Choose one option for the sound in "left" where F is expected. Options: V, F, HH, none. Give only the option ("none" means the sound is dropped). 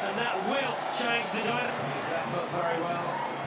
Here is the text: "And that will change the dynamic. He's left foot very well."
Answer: none